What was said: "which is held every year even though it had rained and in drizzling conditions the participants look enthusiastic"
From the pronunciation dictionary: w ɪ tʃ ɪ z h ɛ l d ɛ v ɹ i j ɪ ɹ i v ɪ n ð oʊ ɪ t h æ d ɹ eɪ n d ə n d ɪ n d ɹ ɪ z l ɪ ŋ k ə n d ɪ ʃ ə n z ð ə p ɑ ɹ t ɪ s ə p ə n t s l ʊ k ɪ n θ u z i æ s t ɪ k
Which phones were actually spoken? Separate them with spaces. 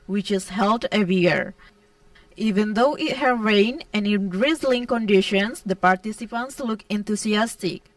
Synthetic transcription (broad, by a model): w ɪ tʃ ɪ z h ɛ l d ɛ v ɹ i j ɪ ɹ i v ɪ n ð oʊ ɪ t h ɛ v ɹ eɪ n ə n ɪ n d ɹ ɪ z l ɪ ŋ k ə n d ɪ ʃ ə n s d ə p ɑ ɹ t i s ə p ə n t s l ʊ k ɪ n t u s i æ s t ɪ k